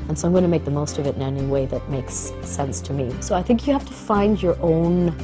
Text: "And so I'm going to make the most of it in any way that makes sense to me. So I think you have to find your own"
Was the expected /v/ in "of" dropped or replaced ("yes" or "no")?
no